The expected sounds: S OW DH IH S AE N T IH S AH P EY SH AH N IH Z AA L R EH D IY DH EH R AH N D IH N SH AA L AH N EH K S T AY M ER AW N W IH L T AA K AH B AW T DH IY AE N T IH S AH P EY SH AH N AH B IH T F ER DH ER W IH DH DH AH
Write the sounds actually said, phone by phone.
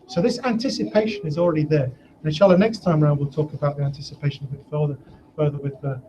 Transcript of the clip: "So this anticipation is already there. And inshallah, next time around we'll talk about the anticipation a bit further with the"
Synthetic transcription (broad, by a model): S OW DH IH S AE N T IH S AH P EY SH AH N IH Z AA L R EH D IY DH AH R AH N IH SH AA L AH N EH K S T AY M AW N W IH L T AA K AH B AW T DH IY AE N T IH S AH P EY SH AH N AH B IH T F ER DH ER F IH DH DH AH